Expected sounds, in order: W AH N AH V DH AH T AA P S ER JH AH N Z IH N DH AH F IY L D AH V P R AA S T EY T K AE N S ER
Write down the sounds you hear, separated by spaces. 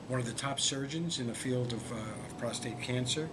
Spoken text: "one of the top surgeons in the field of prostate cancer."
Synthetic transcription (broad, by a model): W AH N AH V DH AH T AA P S ER JH AH N Z IH N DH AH F IY L D AH V P R AA S T EY T K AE N S ER